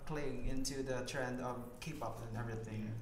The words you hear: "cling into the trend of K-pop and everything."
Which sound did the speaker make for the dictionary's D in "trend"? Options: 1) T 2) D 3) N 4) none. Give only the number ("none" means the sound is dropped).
2